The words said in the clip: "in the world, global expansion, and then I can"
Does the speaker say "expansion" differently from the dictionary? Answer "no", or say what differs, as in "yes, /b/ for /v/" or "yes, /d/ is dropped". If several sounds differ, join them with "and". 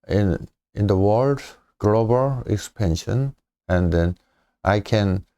yes, /k/ is dropped